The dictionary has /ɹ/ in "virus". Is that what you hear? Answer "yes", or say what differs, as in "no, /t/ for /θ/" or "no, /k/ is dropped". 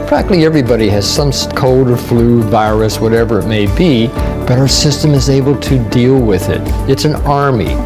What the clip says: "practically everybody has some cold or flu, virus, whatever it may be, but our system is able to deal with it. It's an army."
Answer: yes